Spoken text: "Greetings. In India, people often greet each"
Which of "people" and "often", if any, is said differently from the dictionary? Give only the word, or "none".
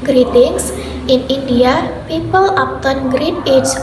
often